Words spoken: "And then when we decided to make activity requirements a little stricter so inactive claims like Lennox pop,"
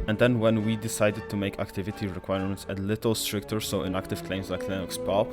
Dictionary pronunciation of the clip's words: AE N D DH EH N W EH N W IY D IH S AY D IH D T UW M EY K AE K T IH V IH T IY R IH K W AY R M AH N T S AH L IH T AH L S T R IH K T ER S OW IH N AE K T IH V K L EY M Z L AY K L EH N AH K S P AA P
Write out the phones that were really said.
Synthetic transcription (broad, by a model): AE N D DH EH N W EH N W IY D IH S AY D IH D T UW M EY K AE K T IH V IH T IY R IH K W AY R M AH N T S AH L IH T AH L S T R IH K T ER S OW IH N AE K T IH V K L EY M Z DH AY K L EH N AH K S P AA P